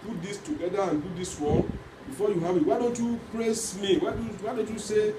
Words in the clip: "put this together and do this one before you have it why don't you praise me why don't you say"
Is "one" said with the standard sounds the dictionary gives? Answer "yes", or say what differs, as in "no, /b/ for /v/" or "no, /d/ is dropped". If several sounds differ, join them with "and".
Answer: no, /l/ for /n/